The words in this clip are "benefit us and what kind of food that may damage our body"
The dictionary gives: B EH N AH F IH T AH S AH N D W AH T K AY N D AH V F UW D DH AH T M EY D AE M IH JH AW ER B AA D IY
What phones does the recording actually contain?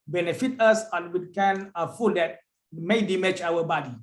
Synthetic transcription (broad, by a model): B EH N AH F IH T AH S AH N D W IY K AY N AH F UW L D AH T M EY D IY M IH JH AW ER B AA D IY